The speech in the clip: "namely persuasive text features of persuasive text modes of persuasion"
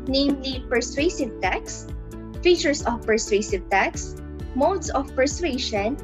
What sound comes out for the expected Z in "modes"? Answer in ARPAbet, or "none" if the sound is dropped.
S